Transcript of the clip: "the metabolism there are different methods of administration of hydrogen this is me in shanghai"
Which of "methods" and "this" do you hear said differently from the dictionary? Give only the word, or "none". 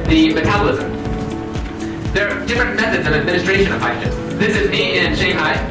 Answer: none